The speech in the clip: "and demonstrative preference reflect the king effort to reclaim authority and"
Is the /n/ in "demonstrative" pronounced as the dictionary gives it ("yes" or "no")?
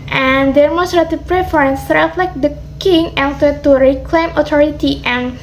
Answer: no